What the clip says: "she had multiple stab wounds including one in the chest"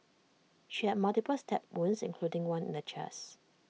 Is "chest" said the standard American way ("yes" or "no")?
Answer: no